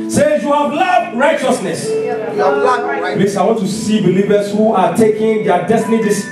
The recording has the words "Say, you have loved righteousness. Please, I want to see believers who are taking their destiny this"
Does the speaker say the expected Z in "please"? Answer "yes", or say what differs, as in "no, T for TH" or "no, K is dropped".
no, S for Z